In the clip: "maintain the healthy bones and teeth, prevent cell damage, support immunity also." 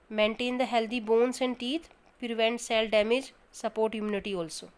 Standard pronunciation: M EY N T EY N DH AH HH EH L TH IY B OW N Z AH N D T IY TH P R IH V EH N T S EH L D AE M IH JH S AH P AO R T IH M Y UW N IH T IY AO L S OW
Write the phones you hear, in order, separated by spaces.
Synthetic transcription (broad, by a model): M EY N T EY N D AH HH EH L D IY B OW N S AH N D T IY T P R IH V EH N T S EH L D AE M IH JH S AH P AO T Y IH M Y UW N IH T IY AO L S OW